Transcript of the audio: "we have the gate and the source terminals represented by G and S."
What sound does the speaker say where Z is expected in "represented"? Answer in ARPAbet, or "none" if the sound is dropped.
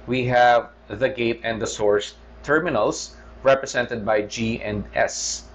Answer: S